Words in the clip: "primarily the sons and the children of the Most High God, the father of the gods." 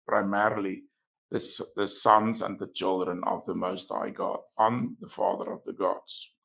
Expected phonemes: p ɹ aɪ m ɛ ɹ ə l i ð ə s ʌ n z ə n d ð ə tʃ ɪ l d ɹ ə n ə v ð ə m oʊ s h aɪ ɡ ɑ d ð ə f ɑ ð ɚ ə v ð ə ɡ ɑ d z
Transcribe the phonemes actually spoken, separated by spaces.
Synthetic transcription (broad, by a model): p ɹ aɪ m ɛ ɹ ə l i ð ə s ʌ n z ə n ð ə tʃ ɪ l d ɹ ə n ə v ð ə m oʊ s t aɪ ɡ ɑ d ð ə f ɑ ð ɚ ə v ð ə ɡ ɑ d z